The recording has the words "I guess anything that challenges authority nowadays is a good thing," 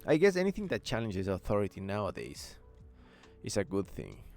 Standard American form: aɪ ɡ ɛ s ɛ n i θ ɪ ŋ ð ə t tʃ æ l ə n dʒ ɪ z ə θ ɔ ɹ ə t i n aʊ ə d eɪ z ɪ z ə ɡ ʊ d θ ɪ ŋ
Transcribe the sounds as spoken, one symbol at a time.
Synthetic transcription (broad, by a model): aɪ ɡ ɛ s ɛ n i θ ɪ ŋ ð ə t tʃ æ l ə n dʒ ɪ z ə θ ɔ ɹ ə t i n aʊ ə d eɪ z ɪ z ə ɡ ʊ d θ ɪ ŋ